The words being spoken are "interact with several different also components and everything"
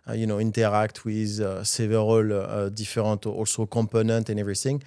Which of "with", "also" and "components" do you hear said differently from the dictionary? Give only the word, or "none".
components